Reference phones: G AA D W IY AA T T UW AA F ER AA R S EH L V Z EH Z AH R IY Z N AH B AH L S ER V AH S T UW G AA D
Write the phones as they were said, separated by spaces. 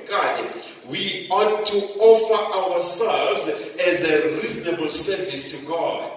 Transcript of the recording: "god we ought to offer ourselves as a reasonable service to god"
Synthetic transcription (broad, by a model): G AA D W IY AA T T UW AA F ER AA W S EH L V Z EH Z AH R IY Z N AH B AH L S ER V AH S T UW G AA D